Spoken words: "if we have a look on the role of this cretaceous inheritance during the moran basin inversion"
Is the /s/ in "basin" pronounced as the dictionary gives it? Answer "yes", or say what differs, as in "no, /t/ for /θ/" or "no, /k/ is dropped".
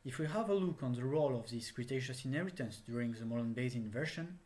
no, /s/ is dropped